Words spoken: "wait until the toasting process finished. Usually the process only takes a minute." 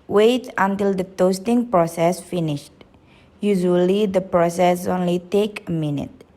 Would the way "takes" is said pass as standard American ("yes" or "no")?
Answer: no